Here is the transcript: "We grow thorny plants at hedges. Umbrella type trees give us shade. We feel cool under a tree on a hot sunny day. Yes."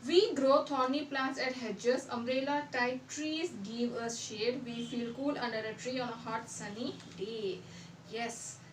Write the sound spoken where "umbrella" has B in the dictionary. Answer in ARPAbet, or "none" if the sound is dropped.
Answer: none